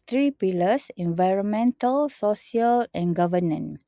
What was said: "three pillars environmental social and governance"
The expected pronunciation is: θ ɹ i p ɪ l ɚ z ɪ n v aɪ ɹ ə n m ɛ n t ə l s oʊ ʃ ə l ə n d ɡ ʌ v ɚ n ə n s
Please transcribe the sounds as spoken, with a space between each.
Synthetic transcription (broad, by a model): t ɹ i p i l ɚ s ɪ n v aɪ ɹ ə n m ɛ n t ə l s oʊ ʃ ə l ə n ɡ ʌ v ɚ n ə n